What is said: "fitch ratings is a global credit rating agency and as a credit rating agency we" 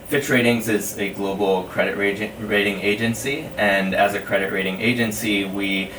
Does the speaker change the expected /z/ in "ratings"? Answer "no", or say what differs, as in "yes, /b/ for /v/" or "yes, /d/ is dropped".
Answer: no